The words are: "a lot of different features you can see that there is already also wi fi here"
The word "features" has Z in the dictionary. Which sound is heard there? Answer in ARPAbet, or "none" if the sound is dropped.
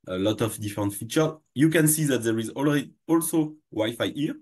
none